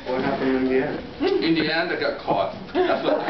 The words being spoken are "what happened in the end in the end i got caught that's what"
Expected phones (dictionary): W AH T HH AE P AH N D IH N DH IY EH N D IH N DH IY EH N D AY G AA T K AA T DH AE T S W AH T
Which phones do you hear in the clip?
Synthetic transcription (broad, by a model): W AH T HH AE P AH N IH N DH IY EH N D IH N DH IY EH N D AY G AA T K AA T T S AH